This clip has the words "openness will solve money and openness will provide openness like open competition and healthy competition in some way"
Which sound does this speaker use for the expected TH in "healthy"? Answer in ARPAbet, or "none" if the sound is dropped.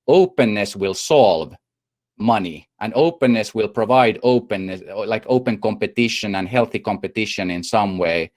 TH